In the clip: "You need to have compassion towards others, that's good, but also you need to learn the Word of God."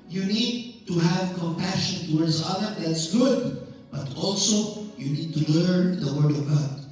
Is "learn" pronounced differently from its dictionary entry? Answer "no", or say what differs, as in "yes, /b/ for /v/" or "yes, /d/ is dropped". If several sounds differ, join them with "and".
no